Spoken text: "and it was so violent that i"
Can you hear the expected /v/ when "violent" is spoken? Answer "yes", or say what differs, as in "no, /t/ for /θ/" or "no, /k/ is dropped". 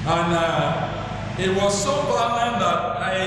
no, /f/ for /v/